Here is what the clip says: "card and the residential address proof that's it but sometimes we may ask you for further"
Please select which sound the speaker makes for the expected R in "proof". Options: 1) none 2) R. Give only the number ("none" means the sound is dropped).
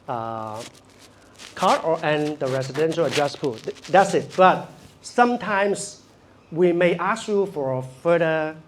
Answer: 1